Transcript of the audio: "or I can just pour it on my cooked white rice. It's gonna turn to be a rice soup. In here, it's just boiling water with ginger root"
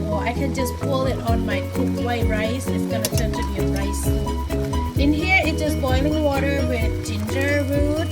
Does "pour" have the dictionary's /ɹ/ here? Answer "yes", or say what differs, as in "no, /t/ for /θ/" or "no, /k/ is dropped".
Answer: no, /l/ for /ɹ/